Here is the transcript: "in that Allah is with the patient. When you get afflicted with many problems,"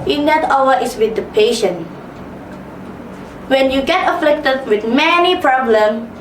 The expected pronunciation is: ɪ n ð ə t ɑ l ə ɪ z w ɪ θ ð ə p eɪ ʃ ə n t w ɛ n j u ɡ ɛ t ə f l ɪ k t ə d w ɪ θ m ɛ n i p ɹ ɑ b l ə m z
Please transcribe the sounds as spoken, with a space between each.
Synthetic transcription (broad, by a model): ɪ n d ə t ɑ w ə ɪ s w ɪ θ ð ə p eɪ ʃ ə n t w ɛ n j u ɡ ɛ t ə f l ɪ k t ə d w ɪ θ m ɛ n i p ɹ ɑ b l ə m